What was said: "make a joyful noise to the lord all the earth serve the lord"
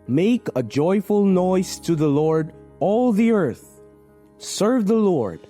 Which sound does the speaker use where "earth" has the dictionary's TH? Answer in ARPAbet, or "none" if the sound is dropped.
TH